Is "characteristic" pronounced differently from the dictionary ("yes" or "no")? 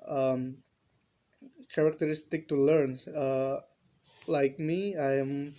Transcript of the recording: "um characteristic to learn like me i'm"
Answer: no